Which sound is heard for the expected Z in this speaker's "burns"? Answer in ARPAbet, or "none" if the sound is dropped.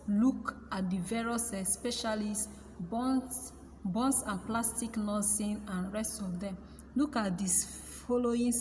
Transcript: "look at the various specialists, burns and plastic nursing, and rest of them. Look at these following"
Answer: S